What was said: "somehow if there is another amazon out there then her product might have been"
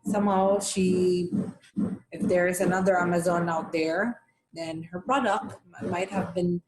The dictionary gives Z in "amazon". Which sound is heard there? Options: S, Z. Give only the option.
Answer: Z